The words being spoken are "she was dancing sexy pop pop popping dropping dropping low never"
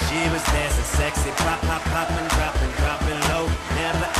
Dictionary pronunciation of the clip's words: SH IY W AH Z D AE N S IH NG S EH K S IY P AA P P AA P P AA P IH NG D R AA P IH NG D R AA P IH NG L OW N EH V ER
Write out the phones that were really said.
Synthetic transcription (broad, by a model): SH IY W AH Z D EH S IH S EH K S IY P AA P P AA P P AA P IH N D R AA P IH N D R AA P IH L OW N EH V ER